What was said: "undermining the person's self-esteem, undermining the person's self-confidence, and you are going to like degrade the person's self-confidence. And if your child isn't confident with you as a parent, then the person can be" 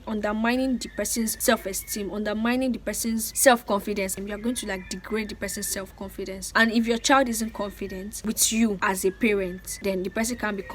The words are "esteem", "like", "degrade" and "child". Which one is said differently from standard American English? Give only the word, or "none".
none